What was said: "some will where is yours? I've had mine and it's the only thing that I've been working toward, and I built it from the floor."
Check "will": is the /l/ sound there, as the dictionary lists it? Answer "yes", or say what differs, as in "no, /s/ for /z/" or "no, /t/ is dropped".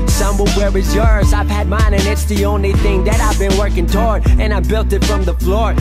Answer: no, /n/ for /l/